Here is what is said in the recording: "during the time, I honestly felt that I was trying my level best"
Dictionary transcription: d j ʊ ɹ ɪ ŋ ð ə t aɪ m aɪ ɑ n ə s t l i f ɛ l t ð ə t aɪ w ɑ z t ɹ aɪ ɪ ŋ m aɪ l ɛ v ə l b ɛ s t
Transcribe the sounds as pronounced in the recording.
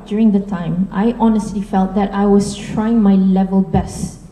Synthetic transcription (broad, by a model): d j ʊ ɹ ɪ ŋ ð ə t aɪ m aɪ ɑ n ə s t l i f ɛ l t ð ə t aɪ w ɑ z t ɹ aɪ ɪ ŋ m aɪ l ɛ v ə l b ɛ s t